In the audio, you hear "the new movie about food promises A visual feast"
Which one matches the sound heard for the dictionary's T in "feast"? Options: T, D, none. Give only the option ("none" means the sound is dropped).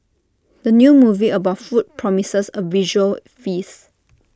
none